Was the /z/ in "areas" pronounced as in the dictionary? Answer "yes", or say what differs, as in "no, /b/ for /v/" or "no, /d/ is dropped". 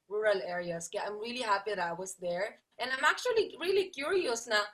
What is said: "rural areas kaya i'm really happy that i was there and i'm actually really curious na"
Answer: no, /s/ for /z/